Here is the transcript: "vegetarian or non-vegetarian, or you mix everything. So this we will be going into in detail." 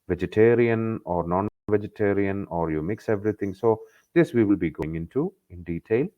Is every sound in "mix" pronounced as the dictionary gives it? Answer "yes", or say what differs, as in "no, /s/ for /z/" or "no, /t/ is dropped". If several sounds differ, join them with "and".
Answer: yes